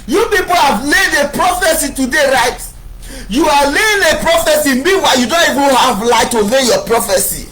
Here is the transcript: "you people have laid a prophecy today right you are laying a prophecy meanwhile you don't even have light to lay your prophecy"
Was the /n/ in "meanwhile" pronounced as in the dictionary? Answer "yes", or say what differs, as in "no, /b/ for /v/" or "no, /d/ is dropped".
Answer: no, /n/ is dropped